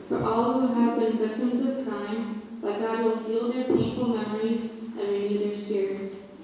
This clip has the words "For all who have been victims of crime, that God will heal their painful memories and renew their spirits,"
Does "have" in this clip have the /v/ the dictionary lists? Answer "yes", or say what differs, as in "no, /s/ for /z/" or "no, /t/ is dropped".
yes